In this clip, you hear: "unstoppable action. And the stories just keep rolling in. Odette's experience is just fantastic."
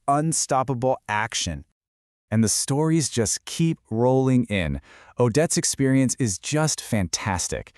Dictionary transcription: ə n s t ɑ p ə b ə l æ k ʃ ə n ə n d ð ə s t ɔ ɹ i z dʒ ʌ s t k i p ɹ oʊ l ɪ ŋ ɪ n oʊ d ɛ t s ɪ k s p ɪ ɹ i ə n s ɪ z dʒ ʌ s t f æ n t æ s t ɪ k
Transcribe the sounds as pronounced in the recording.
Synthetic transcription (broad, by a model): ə n s t ɑ p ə b l æ k ʃ ə n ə n ð ə s t ɔ ɹ i z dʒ ʌ s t k i p ɹ oʊ l ɪ ŋ ɪ n oʊ d ɛ t s ɪ k s p ɪ ɹ i ə n s ɪ z dʒ ʌ s t f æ n t æ s t ɪ k